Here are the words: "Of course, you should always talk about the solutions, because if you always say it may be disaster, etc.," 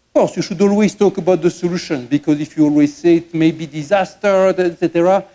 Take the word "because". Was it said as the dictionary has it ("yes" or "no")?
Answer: yes